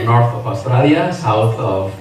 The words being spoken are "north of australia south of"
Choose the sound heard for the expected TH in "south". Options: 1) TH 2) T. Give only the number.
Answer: 2